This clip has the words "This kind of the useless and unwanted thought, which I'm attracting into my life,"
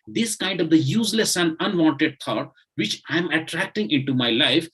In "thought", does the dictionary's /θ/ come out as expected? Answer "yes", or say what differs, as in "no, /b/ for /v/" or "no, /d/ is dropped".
no, /t/ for /θ/